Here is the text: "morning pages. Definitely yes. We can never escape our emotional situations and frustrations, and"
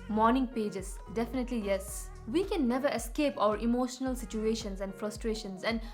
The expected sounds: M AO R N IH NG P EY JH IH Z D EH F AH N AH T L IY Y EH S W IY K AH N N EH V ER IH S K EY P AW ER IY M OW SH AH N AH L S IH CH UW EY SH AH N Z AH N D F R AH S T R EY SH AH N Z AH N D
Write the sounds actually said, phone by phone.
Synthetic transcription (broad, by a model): M AO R N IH NG P EY JH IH S D EH F AH N AH T L IY Y EH S W IY K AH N N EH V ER IH S K EY P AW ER IY M OW SH AH N AH L S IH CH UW EY SH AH N S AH N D F R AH S T R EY SH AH N S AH N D